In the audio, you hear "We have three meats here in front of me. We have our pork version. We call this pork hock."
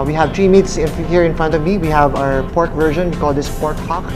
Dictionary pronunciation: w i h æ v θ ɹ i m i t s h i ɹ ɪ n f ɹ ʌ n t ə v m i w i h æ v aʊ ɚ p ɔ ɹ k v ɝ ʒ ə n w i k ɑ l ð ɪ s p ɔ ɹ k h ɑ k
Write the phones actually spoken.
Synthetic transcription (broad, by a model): w i h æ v t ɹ i m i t s h i ɹ ɪ n f ɹ ʌ n t ə v m i w i h æ v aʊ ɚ p ɔ ɹ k v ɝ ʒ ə n w i k ɑ l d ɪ s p ɔ ɹ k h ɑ k